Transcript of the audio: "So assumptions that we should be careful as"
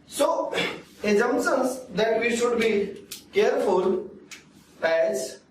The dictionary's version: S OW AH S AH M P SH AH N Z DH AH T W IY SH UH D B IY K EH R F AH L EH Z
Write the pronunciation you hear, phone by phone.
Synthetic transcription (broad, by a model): S OW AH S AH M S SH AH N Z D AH T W IY SH UH D B IY K EH R F AH L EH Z